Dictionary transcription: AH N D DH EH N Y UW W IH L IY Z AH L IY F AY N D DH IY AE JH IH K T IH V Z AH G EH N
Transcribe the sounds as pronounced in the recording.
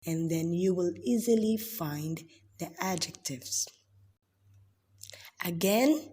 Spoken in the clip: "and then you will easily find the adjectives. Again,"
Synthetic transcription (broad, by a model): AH N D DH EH N Y UW W IH L IY Z AH L IY F AY N D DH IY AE JH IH K T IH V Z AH G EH N